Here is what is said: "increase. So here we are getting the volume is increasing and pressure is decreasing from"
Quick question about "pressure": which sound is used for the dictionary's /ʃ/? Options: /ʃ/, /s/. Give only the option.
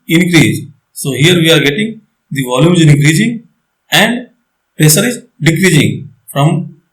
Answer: /s/